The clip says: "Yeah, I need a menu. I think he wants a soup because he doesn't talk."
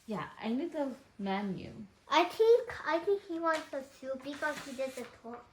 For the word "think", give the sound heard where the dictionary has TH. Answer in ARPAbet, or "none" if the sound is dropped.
T